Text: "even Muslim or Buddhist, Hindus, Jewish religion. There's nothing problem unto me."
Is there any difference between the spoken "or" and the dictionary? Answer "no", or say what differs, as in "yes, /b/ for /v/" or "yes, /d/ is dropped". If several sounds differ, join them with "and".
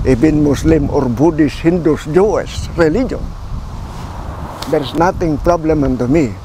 no